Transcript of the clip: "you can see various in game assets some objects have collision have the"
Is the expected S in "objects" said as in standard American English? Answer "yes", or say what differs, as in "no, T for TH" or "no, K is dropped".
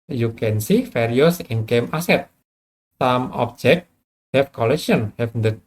no, S is dropped